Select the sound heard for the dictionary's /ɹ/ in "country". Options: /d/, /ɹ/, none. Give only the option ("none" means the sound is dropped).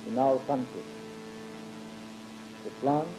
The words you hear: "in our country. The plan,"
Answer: none